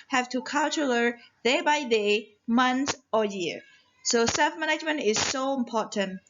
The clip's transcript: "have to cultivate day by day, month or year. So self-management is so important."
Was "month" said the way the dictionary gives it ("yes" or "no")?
no